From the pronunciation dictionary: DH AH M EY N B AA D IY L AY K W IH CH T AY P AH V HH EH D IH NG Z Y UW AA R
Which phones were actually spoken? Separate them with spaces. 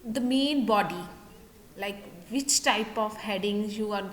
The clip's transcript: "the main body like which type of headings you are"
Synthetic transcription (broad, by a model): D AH M EY N B AA D IY L AY K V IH CH T AY P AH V HH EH D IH NG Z Y UW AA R